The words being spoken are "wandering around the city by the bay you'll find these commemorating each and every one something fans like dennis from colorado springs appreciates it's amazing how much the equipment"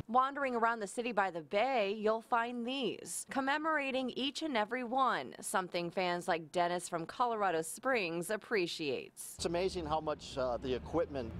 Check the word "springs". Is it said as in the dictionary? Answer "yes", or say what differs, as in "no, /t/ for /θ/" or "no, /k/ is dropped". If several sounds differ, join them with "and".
yes